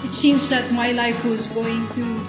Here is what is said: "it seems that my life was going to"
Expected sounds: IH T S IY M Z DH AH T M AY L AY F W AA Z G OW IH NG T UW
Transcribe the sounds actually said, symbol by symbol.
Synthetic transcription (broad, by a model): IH T S IY M Z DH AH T M AY L AY F W AA Z G OW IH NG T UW